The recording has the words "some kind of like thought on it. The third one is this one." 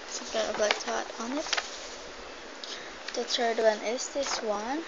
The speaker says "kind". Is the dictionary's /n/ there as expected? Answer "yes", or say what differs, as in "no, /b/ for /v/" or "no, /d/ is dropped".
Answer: no, /n/ is dropped